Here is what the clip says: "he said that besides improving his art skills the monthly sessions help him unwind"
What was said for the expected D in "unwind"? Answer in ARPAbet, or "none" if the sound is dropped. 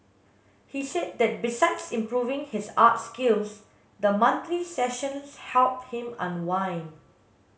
none